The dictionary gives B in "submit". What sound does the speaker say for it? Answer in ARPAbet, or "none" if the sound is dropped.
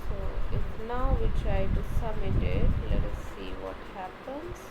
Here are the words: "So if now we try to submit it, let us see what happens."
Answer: none